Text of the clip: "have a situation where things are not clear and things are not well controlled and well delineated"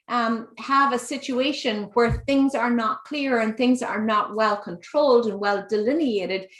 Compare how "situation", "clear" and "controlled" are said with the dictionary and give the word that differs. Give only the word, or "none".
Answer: none